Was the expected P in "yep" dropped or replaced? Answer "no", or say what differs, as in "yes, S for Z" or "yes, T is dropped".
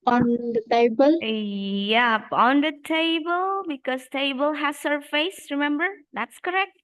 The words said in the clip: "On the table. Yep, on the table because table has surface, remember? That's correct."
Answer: no